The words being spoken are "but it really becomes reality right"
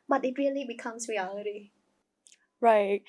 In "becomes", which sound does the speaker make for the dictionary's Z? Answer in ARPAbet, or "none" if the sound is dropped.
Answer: S